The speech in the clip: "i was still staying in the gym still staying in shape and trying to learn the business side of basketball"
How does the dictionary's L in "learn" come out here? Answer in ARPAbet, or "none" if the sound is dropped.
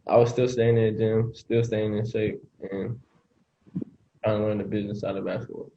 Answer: N